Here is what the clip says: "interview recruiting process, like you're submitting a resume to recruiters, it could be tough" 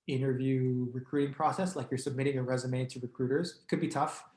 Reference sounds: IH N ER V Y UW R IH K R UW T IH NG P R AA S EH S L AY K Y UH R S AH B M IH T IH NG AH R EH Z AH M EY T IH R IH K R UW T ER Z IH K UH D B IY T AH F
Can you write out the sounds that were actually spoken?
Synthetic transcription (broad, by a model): IH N ER V Y UW R IH K R UW T IH NG P R AA S EH S L AY K Y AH R S AH B M IH T IH NG AH R EH Z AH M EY T IH R IH K R UW T ER Z K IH D B IY T AH F